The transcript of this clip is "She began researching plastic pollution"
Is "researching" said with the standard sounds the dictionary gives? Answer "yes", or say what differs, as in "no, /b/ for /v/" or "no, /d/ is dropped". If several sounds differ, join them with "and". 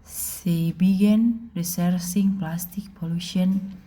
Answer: no, /s/ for /tʃ/